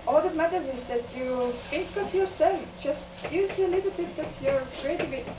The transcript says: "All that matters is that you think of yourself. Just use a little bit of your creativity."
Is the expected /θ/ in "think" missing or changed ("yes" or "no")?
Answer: yes